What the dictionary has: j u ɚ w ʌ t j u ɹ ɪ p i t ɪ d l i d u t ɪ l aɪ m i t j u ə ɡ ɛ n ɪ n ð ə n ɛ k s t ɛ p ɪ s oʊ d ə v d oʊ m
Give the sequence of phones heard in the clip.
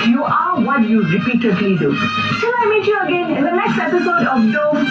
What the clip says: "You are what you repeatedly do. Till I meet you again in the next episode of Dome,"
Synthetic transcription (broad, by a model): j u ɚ w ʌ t j u ɹ ɪ p i t ɪ d l i d u s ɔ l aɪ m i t j u ə ɡ ɛ n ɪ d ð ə n ɛ k s t ɛ p ɪ s oʊ d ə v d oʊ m